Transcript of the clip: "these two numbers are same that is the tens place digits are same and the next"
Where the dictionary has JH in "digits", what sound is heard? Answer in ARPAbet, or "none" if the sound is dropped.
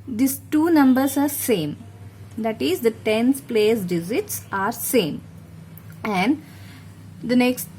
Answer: Z